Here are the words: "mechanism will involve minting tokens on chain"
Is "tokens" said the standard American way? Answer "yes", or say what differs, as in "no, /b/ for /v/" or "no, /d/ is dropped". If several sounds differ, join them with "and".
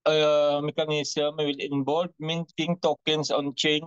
no, /s/ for /z/